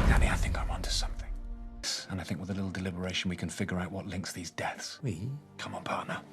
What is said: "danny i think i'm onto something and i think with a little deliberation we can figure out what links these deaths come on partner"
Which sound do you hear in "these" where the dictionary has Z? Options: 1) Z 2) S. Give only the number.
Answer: 1